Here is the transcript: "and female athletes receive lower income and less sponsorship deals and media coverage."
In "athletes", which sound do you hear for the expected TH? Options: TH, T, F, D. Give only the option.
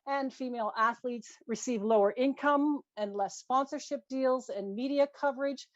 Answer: TH